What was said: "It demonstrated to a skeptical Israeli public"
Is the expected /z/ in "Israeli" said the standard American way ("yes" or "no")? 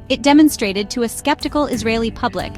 yes